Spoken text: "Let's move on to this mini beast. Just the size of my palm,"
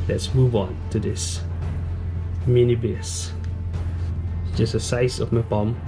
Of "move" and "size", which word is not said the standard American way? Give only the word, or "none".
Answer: size